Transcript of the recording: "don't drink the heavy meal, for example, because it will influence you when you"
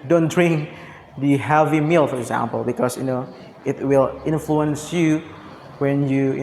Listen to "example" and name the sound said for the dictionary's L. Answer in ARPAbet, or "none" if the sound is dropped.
L